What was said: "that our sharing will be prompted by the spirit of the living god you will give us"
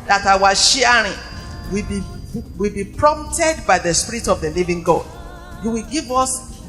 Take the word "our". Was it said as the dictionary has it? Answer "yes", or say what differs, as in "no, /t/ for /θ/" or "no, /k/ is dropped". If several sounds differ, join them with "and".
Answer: no, /w/ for /ɹ/